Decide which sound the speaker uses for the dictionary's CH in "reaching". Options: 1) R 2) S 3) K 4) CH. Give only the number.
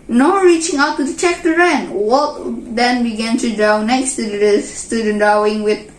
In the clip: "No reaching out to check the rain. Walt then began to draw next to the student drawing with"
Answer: 4